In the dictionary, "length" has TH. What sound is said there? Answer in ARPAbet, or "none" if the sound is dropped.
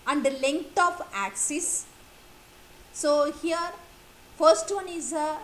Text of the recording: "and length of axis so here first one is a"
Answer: T